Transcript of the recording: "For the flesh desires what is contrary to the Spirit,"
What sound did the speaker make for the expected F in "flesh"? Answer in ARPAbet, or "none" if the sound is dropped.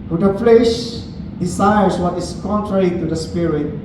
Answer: F